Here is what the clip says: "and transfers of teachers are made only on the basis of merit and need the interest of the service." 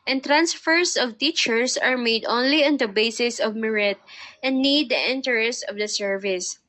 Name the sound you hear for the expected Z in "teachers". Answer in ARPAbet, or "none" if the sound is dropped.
S